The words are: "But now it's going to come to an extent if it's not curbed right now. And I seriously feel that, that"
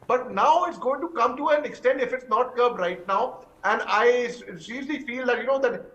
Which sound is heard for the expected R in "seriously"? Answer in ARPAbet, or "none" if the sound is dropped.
L